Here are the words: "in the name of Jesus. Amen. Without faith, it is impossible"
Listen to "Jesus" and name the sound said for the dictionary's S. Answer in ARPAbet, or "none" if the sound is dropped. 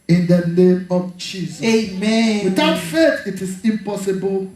none